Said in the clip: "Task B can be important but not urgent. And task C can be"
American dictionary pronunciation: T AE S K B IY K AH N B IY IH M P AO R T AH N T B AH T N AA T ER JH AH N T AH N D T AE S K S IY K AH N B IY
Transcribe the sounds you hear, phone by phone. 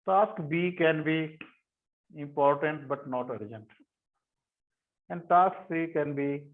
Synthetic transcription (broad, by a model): T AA S K B IY K AH N B IY IH M P AO R T AH N T B AH T N AA T ER JH AH N T AH N D T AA S K S IY K AH N B IY